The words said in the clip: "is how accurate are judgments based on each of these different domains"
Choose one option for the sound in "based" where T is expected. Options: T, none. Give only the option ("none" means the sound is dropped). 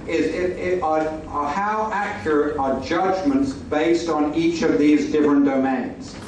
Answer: T